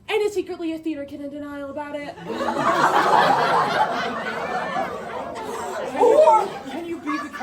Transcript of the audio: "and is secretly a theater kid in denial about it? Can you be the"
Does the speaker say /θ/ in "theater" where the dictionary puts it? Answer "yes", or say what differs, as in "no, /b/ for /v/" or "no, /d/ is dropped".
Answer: yes